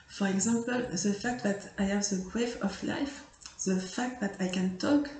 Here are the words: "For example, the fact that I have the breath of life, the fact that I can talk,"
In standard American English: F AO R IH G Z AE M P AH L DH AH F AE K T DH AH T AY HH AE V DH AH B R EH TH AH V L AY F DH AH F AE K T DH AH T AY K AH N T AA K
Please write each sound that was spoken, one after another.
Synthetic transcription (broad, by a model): F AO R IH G Z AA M P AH L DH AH F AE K T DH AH T AY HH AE V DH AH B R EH F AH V L AY F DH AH F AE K T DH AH T AY K AH N T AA K